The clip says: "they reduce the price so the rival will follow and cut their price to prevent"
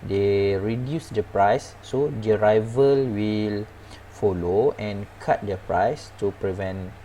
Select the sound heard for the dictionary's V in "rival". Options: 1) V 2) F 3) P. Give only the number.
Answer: 1